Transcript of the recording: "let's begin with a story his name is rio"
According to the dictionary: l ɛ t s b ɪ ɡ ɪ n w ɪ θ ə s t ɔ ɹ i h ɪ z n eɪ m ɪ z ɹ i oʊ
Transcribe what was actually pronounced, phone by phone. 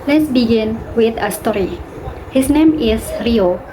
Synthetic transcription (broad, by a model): l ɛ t s b ɪ ɡ ɪ n w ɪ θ ə s t ɔ ɹ i h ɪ s n eɪ m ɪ s ɹ i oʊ